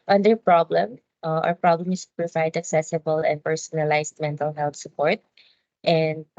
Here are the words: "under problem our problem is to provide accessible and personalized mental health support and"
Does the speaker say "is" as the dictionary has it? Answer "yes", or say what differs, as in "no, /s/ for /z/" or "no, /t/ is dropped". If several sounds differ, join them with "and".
no, /s/ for /z/